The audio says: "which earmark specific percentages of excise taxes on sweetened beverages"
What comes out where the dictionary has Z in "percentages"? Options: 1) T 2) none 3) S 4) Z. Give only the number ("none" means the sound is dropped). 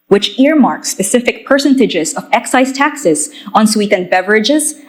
4